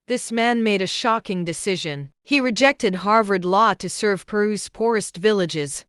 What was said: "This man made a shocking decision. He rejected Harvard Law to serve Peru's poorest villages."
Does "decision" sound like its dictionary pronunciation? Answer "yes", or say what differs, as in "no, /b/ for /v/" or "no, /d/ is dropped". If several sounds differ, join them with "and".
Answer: yes